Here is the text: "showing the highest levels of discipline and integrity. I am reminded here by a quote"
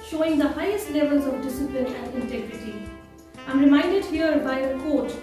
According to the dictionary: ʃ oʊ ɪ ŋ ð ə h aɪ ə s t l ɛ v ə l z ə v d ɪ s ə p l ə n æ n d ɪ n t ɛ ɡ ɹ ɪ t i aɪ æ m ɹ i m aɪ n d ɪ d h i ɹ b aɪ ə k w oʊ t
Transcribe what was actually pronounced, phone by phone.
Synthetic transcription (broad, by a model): ʃ oʊ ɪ ŋ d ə h aɪ ə s t l ɛ v ə l z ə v d ɪ s ə p l ə n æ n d ɪ n t ɛ ɡ ɹ ɪ t i aɪ m ɹ i m aɪ n d ɪ d h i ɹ b aɪ ə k oʊ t